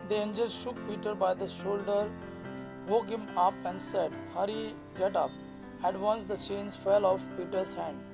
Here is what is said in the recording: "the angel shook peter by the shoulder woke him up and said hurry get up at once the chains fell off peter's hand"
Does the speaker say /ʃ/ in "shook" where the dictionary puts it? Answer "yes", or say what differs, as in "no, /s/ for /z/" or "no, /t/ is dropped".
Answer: yes